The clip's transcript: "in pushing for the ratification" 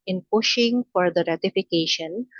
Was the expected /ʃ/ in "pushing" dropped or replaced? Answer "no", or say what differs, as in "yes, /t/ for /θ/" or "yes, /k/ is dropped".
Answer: no